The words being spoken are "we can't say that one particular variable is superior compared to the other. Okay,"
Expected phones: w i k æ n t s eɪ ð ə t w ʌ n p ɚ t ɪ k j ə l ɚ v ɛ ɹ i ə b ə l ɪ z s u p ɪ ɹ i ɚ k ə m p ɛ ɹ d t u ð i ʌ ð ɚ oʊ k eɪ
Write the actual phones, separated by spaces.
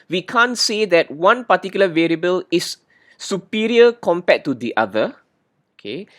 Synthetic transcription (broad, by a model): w i k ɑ n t s eɪ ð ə t w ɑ n p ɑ t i k j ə l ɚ v ɛ ɹ i ə b ə l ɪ s u p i ɹ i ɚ k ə m p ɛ t u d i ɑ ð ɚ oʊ k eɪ